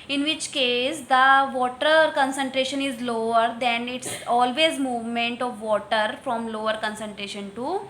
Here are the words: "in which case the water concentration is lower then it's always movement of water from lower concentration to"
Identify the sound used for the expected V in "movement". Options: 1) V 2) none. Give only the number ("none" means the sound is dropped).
1